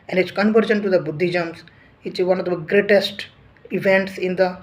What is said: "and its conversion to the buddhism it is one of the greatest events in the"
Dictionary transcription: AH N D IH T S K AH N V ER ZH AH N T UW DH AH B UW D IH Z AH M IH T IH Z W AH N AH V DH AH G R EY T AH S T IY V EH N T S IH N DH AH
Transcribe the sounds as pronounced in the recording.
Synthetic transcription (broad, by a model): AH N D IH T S K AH N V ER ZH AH N T UW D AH B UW D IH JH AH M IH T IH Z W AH N AH V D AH G R EY T AH S T IY V EH N T S IH N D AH